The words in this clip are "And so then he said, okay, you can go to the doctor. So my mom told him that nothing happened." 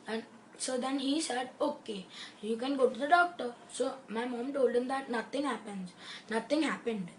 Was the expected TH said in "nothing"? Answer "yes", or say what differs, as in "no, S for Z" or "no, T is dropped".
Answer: no, T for TH